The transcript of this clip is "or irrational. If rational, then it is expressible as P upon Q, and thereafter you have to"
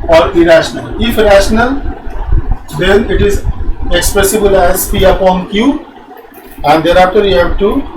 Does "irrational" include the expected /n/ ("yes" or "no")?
yes